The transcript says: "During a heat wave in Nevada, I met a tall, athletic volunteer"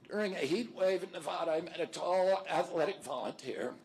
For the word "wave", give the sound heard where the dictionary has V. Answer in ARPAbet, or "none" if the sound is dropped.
V